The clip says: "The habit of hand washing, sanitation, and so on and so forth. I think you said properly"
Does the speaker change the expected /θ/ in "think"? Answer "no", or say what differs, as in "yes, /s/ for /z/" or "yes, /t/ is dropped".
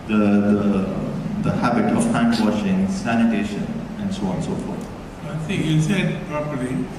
yes, /s/ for /θ/